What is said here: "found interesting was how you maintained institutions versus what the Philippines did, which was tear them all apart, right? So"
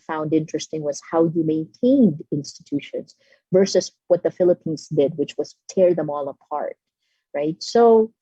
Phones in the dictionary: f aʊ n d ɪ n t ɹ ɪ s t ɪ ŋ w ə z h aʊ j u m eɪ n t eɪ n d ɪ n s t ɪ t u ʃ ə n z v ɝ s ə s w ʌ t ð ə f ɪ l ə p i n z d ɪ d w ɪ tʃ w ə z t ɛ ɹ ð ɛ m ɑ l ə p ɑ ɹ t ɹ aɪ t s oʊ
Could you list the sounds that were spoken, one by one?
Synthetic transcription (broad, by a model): f aʊ n d ɪ n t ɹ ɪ s t ɪ ŋ w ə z h aʊ j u m eɪ n t eɪ n d ɪ n s t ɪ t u ʃ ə n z v ɝ s ə s w ʌ t ð ə f ɪ l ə p i n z d ɪ d w ɪ tʃ w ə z t ɛ ɹ ð ɛ m ɑ l ə p ɑ ɹ t ɹ aɪ t s oʊ